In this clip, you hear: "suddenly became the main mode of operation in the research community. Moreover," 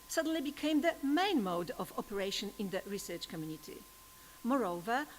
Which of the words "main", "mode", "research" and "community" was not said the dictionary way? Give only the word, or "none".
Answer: none